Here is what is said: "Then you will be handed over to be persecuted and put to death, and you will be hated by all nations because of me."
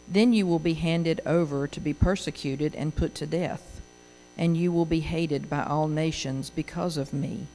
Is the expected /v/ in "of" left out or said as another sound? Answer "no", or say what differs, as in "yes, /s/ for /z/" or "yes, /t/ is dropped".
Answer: no